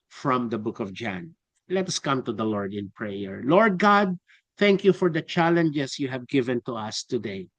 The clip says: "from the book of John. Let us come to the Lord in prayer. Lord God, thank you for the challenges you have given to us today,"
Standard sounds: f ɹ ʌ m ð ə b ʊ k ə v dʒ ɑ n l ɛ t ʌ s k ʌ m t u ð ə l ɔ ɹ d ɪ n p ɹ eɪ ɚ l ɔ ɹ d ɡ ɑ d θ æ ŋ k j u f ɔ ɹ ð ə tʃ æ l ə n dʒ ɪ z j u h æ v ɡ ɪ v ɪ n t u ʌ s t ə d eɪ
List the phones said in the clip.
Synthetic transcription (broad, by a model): f ɹ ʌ m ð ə b ʊ k ə v dʒ ɑ n l ɛ t ʌ s k ʌ m t u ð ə l ɔ ɹ d ɪ n p ɹ eɪ ɚ l ɔ ɹ d ɡ ɑ d θ æ ŋ k j u f ɔ ɹ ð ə tʃ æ l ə n dʒ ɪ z j u h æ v ɡ ɪ v ɪ n t u ʌ s t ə d eɪ